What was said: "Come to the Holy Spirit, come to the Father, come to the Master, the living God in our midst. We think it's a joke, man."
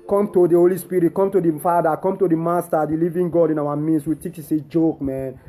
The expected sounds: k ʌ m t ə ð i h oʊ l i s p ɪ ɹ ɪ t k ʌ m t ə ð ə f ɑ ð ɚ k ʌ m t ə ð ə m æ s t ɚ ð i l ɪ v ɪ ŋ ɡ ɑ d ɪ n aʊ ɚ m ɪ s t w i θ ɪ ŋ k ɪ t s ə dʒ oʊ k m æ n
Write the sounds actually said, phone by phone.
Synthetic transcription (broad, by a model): k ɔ m t ə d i h oʊ l i s p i ɹ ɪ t k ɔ m t ə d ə f ɑ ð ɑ k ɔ m t ə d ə m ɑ s t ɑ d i l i v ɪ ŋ ɡ ɑ d ɪ n aʊ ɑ m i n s w i t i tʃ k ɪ s ə dʒ oʊ k m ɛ n